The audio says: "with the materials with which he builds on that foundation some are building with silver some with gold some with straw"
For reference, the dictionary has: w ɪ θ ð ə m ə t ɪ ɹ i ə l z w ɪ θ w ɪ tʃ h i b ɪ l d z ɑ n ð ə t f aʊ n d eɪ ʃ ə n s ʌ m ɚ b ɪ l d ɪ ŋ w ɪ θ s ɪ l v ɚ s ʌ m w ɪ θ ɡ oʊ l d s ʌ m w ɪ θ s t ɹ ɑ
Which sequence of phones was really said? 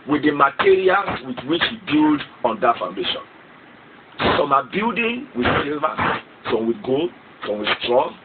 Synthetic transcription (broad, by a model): w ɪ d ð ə m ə t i ɹ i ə l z w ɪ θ w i tʃ h i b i l d ɑ n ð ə t f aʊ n d eɪ ʃ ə n s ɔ m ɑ b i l d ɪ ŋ w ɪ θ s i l v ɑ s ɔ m w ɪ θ ɡ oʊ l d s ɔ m w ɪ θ s t ɹ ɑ